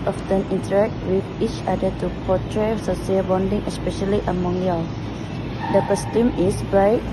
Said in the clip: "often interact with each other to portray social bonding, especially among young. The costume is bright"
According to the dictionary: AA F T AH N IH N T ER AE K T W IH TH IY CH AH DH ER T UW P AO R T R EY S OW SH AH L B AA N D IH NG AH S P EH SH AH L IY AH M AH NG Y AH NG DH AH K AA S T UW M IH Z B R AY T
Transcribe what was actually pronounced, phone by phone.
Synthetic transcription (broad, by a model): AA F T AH N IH N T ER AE K T W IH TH IY CH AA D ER T UW P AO T R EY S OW S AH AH B AA N D IH NG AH S P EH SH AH L IY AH M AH NG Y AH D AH K AA S T UW M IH S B R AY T